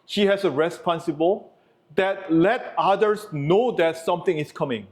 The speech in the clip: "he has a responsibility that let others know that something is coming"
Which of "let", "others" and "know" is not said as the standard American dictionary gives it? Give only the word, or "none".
others